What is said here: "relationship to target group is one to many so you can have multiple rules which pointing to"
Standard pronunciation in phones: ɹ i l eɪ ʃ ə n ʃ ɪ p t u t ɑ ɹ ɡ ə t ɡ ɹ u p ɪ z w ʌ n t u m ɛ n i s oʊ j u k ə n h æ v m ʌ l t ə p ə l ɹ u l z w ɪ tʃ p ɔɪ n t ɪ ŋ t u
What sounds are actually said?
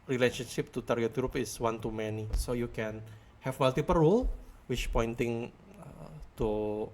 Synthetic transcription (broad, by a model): ɹ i l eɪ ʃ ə n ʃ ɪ p t u t ɑ ɹ ɡ ə t ɡ ɹ u p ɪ s w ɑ n t u m ɛ n i s oʊ j u k ə n h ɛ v m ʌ l t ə p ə l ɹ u l w ɪ tʃ p ɔɪ n t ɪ ŋ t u